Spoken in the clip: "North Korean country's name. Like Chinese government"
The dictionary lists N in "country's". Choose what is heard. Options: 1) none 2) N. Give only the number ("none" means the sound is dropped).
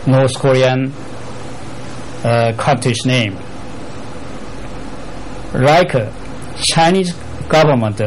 1